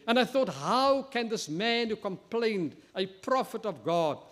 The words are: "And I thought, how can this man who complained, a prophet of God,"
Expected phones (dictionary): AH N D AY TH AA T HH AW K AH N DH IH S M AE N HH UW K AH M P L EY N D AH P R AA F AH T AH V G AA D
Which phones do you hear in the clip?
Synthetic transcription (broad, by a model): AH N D AY TH AA T HH AW K AH N DH IH S M AE N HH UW K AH M P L EY N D AH P R AA F AH T AH V G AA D